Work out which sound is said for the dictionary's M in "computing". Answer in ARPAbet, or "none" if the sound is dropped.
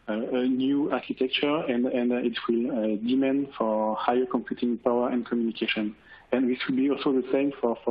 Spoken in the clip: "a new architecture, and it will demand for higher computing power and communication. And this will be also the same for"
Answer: M